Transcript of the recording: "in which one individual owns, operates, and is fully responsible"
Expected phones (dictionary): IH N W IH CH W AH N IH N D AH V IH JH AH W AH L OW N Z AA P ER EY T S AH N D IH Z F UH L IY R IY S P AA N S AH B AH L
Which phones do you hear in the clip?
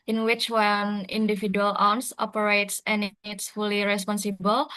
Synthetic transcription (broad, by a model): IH N W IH CH W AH N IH N D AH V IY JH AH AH L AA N S AA P ER EY T S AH N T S F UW L IY R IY S P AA N S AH B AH L